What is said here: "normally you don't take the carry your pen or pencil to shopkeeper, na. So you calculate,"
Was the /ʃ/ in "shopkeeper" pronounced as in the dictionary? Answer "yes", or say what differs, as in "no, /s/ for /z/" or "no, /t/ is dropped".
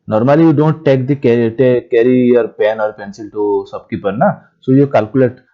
no, /s/ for /ʃ/